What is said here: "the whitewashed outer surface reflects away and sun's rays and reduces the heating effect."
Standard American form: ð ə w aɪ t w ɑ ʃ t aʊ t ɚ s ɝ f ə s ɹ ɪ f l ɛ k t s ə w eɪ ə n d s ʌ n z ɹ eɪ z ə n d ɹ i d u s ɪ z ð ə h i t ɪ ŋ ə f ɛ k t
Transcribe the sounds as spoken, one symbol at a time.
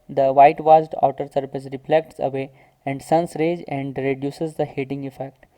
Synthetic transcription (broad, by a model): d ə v aɪ t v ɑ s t aʊ t ɚ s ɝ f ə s ɹ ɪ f l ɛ k t s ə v eɪ ə n d s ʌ n s ɹ eɪ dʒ ə n d ɹ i d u s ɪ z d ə h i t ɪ ŋ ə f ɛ k t